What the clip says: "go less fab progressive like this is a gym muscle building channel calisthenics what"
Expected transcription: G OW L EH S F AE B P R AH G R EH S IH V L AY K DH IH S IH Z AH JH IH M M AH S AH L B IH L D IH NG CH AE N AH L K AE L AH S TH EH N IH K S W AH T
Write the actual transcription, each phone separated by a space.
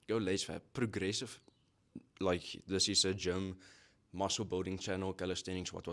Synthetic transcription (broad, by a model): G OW L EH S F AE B P R AH G R EH S IH V L AY K DH IH S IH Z AH JH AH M M AH S AH L B IH L D IH NG CH AE N AH L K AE L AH S T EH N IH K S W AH T